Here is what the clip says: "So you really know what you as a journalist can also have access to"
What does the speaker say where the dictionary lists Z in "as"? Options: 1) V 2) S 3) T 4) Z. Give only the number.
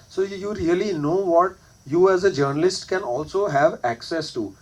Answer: 4